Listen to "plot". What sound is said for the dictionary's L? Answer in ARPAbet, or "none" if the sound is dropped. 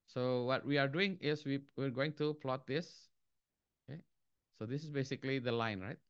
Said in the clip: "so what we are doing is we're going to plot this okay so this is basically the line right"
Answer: L